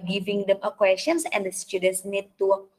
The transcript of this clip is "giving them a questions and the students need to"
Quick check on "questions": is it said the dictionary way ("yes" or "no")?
no